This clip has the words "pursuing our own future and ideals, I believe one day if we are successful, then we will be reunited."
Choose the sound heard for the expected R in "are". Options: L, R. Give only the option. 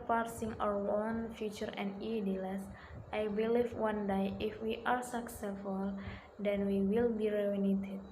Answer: R